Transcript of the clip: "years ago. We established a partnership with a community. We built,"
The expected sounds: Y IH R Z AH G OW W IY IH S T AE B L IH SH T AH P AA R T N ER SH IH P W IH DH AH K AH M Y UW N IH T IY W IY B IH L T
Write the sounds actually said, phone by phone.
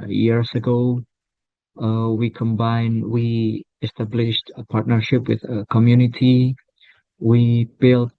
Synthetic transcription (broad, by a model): Y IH R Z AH G OW W IY IH S T AE B L IH SH T AH P AA R T N ER SH IH P W IH DH AH K AH M Y UW N IH T IY W IY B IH L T